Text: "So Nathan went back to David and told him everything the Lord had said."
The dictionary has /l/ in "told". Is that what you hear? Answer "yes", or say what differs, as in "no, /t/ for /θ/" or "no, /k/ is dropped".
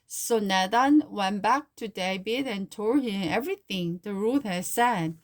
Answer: no, /l/ is dropped